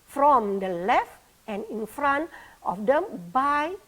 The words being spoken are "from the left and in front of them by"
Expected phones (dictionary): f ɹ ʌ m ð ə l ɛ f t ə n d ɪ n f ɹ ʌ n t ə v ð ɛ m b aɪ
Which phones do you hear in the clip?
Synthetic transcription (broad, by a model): f ɹ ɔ m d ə l ɛ f t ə n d ɪ n f ɹ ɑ n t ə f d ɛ m b aɪ